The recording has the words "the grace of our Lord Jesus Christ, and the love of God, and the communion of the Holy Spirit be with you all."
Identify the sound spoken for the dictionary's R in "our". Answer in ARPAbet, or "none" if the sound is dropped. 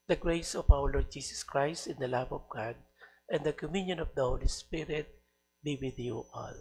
W